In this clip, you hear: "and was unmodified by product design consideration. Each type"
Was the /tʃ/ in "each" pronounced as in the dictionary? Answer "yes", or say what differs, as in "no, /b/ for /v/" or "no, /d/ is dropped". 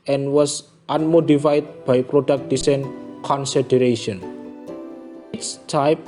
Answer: no, /s/ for /tʃ/